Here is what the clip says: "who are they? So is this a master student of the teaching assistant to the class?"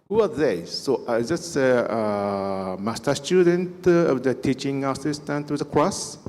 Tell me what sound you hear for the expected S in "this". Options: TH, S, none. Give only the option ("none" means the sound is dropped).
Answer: none